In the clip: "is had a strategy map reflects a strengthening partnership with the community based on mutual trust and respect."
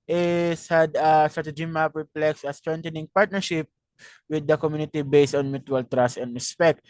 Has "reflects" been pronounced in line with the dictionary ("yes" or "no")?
no